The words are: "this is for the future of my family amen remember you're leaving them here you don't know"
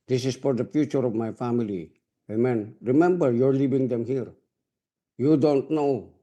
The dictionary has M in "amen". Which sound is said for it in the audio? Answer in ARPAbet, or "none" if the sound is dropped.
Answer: M